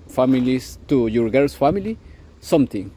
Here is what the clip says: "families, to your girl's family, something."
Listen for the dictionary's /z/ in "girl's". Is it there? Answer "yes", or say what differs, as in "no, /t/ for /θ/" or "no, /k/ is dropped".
no, /s/ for /z/